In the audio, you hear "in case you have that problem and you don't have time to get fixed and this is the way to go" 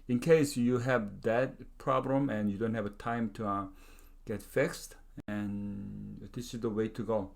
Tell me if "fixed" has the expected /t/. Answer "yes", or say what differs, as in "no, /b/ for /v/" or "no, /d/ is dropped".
yes